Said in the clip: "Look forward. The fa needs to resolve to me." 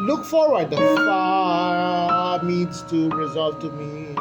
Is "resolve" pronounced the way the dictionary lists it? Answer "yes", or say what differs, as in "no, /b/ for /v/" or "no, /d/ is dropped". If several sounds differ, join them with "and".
yes